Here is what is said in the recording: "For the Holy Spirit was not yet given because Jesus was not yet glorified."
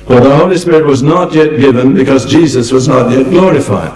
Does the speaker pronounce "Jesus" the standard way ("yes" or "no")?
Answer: yes